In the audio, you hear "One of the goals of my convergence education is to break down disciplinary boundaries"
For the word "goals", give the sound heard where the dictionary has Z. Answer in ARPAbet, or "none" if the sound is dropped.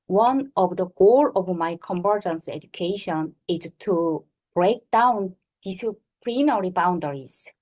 none